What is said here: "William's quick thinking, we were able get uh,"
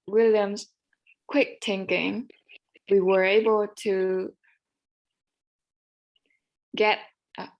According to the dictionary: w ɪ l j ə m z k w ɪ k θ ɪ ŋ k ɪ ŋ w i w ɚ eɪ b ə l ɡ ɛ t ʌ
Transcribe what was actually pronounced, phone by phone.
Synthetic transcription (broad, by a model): w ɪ l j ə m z k w ɪ k t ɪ ŋ k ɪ ŋ w i w ɚ eɪ b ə l ɡ ɛ t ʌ